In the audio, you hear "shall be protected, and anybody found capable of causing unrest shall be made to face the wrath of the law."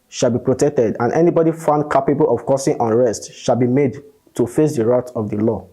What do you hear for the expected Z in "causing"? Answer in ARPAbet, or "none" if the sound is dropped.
S